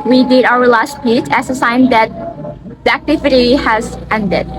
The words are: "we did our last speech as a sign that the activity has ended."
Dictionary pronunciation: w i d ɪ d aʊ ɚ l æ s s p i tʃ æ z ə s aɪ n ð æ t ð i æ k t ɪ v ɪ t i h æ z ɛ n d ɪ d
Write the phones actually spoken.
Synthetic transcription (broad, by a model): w i d ɪ d aʊ ɚ l æ s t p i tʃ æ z ə s aɪ n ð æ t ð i æ k t ɪ v ɪ t i h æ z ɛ n d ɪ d